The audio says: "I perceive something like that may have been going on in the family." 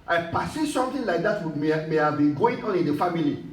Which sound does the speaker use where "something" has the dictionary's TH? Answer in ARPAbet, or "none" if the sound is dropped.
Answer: T